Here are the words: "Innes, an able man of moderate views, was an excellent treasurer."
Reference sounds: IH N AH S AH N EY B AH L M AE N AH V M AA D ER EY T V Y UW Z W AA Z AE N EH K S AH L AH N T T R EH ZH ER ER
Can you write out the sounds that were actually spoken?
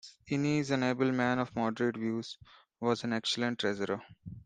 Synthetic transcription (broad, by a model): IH N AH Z AH N EY B AH L M AE N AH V M AA D ER EY T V Y UW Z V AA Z AE N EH K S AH L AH N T T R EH Z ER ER